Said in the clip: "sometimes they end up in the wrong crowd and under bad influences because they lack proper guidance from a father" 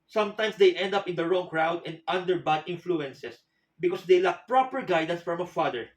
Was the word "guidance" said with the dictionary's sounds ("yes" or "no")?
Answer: yes